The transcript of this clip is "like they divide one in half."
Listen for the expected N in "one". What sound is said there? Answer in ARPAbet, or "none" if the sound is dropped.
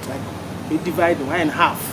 none